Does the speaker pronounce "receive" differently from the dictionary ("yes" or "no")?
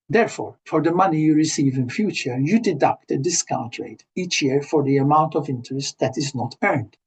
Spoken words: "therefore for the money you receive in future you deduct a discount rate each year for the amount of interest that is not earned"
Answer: no